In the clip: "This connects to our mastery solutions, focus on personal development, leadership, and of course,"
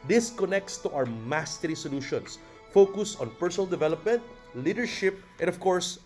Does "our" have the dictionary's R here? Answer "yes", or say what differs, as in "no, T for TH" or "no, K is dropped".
no, W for R